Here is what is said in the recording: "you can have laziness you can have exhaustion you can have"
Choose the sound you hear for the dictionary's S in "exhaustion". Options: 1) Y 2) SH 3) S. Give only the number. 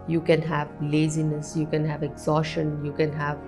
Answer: 2